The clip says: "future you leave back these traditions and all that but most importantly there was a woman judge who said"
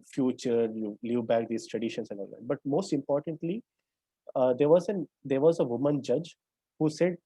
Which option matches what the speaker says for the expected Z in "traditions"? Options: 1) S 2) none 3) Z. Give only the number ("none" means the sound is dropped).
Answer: 1